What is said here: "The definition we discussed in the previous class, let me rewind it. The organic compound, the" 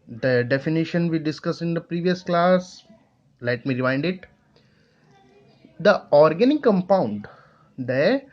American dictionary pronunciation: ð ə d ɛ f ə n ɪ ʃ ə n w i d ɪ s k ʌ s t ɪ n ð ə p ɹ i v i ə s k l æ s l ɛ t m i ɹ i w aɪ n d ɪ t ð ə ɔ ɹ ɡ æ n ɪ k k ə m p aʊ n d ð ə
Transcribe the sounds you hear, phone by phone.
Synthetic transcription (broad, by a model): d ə d ɛ f ə n ɪ ʃ ə n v i d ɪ s k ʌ s ɪ n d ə p ɹ i v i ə s k l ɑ s l ɛ t m i ɹ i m aɪ n d ɪ t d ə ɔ ɹ ɡ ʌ n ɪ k k ə m p aʊ n d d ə